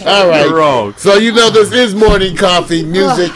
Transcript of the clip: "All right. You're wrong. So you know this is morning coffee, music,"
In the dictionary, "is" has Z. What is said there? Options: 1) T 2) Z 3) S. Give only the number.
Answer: 2